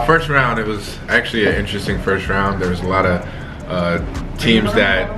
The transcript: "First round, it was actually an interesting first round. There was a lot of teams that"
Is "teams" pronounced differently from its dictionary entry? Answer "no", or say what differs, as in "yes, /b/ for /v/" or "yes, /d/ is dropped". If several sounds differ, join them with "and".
no